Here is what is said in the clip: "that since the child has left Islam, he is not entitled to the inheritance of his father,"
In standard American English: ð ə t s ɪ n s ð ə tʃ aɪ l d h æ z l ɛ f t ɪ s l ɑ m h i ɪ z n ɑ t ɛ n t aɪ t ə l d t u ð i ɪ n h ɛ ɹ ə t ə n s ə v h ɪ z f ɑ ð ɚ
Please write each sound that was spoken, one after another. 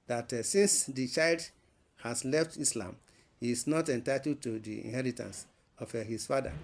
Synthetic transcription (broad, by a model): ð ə t s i n s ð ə tʃ aɪ l d h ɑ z l ɛ f t ɪ s l ɑ m h i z n ɑ t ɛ n t aɪ t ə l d t u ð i ɪ n h ɛ ɹ ə t ə n s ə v h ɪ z f ɑ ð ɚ